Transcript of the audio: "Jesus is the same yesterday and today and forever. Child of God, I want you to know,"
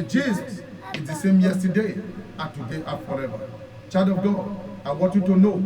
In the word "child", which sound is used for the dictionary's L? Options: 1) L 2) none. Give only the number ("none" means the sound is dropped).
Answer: 2